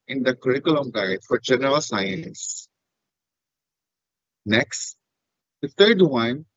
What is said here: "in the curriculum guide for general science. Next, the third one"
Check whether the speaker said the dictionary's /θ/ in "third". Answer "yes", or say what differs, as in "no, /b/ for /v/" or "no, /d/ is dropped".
no, /t/ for /θ/